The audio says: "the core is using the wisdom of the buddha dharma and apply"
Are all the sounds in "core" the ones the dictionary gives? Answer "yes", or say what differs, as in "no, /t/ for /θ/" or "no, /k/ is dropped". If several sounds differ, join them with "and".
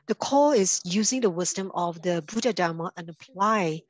no, /l/ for /ɹ/